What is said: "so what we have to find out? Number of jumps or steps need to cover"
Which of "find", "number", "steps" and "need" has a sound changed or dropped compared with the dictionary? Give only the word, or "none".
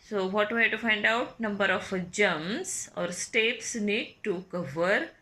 none